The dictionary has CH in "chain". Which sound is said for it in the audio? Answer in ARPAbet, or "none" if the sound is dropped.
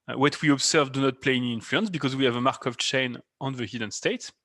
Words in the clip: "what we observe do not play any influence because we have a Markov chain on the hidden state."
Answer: CH